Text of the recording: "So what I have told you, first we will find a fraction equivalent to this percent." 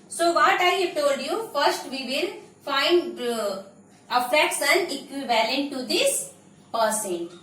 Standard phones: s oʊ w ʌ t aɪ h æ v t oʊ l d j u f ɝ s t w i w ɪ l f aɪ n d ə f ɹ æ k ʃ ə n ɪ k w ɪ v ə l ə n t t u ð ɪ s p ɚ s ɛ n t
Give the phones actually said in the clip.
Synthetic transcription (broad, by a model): s oʊ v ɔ t aɪ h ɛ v t oʊ l d j u f ɝ s t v i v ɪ l f aɪ n d ə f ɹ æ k s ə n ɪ k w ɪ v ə l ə n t t u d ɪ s p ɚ s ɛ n